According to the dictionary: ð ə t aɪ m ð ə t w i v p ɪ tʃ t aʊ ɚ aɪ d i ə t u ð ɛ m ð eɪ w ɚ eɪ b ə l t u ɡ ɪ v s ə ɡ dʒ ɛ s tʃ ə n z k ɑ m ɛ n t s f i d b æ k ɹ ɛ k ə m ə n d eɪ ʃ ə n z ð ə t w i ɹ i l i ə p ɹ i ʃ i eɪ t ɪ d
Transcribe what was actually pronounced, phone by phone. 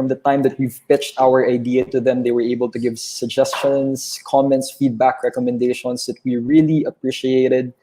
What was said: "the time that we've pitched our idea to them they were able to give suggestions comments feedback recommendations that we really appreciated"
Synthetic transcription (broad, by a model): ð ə t aɪ m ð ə t w i v p ɪ tʃ t aʊ ɚ aɪ d i ə t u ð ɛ m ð eɪ w ɚ eɪ b ə l t u ɡ ɪ v s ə ɡ dʒ ɛ s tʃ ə n s k ɑ m ɛ n t s f i d b æ k ɹ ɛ k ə m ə n d eɪ ʃ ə n s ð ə t w i ɹ i l i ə p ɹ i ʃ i eɪ t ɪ d